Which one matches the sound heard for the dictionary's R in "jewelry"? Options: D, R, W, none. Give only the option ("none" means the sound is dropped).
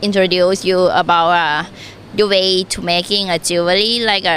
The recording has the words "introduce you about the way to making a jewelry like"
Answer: none